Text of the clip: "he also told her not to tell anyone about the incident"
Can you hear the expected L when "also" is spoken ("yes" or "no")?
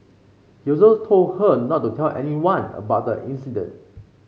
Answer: no